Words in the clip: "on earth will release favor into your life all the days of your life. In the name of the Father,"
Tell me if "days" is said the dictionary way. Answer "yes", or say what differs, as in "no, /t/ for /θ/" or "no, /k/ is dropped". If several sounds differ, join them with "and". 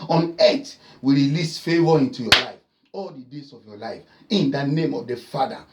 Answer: no, /s/ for /z/